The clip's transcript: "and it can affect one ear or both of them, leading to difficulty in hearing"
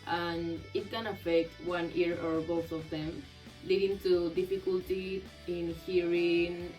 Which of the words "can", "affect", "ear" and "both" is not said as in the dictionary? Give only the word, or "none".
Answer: both